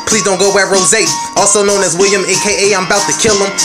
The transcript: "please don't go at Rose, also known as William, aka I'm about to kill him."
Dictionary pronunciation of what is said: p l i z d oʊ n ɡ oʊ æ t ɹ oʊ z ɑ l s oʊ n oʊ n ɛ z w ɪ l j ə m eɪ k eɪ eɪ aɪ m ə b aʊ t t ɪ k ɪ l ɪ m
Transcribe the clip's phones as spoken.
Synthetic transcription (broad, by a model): p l i z d oʊ n ɡ oʊ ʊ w ɹ oʊ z ɑ l s oʊ n oʊ n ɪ z w ɪ l j ə m eɪ k eɪ eɪ aɪ m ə b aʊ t t ɪ k ɪ l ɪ m